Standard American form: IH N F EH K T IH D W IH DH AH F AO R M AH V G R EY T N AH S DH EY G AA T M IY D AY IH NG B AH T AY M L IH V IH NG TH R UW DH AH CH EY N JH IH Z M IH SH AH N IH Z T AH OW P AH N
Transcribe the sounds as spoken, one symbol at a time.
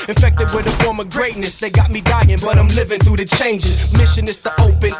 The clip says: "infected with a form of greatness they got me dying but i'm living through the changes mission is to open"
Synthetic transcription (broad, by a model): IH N F EH K T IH D W IH DH AH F AO R M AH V G R EY T N AH S DH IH G AA T M IY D AY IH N B AH T AY M L IH V IH NG TH R UW DH AH CH EY N JH IH Z M IH SH AH N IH S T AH OW P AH N